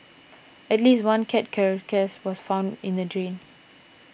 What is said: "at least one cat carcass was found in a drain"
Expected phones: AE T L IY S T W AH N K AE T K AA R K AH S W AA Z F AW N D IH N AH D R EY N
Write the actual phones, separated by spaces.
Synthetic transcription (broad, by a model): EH T L IY S T W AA N K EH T K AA R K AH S W AA S F AW N D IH N AH D R EY N